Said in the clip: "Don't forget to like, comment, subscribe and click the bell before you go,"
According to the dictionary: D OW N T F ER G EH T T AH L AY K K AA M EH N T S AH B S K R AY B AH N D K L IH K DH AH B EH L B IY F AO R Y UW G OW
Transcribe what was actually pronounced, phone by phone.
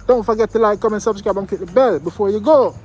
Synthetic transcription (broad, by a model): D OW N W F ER G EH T T AH L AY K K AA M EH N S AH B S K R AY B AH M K IH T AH B EH L B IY F AO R Y UW G OW